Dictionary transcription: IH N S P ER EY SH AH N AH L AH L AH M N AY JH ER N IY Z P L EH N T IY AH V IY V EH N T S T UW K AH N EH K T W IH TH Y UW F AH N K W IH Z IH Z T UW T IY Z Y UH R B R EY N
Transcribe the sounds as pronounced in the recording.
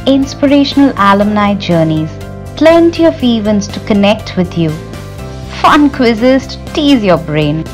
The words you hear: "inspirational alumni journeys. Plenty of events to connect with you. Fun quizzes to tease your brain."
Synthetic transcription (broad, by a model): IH N S P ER EY SH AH N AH L AH L AH M N AY JH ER N IY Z P L EH N T IY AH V IY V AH N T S T UW K AH N EH K T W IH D Y UW F AH N K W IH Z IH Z T UW T IY Z Y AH B R EY N